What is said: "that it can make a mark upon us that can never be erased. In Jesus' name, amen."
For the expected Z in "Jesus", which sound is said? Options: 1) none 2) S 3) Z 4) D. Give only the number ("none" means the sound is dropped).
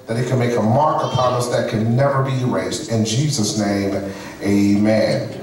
3